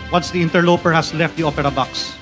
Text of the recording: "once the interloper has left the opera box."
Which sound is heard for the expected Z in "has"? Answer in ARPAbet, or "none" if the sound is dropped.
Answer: S